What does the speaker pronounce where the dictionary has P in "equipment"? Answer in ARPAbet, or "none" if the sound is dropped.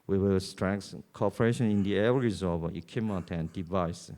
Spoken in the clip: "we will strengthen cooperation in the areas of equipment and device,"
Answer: none